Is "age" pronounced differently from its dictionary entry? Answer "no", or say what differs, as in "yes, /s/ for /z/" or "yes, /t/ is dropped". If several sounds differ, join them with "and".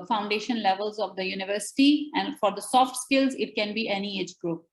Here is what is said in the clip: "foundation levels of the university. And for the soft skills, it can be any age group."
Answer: no